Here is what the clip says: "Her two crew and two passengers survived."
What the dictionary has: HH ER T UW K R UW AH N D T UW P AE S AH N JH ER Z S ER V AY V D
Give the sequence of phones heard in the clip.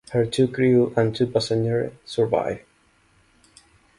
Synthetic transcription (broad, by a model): HH ER T UW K R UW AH N T UW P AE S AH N ER S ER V AY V